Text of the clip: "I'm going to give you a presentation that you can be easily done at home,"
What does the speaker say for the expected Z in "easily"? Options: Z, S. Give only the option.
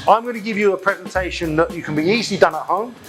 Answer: Z